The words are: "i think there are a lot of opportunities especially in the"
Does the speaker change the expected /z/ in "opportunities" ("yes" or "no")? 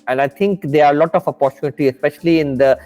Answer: yes